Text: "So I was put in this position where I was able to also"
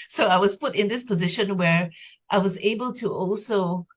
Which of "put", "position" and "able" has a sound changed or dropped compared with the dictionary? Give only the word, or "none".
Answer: none